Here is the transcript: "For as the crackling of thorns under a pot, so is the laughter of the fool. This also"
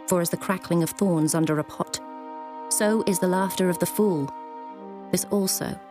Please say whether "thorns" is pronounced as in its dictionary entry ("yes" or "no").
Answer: yes